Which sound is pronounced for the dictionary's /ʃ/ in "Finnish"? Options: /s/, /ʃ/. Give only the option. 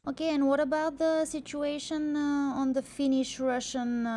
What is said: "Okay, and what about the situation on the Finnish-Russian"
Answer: /ʃ/